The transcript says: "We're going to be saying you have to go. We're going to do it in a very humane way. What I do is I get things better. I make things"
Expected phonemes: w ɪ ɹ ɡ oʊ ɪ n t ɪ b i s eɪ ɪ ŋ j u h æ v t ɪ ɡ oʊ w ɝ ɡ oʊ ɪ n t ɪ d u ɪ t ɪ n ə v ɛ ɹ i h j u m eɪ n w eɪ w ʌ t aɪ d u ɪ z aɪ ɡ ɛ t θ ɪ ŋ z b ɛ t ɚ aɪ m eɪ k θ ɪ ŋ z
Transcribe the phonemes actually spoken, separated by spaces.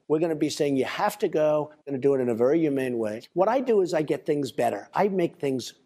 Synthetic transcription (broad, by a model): w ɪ ɹ ɡ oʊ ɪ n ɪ b i s eɪ ɪ ŋ j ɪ h æ f t ɪ ɡ oʊ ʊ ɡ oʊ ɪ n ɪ d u ɪ t ɪ n ə v ɛ ɹ i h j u m eɪ n w eɪ w ʌ t aɪ d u ɪ z aɪ ɡ ɛ t θ ɪ ŋ z b ɛ t ɚ aɪ m eɪ k θ ɪ ŋ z